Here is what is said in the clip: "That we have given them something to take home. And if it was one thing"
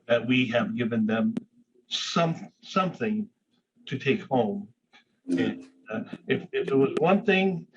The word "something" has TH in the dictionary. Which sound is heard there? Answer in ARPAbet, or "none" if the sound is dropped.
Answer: TH